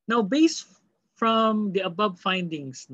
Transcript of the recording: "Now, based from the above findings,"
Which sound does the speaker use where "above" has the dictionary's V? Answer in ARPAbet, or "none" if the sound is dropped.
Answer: B